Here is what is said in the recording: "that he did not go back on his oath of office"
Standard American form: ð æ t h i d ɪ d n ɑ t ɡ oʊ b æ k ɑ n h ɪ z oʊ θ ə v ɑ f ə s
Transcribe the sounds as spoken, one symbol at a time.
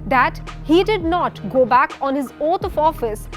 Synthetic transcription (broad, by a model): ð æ t h i d ɪ d n ɑ t ɡ oʊ b æ k ɑ n h ɪ z oʊ t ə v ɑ f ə s